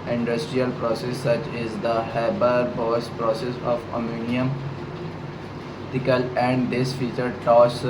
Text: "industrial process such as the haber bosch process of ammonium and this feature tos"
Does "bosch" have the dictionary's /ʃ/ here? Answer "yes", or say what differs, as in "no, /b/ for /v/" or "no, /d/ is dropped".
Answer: no, /s/ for /ʃ/